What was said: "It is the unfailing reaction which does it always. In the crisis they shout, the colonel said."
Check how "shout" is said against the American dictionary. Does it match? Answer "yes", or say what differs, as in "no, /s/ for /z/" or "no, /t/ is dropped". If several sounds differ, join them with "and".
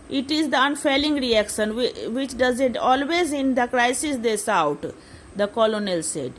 no, /s/ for /ʃ/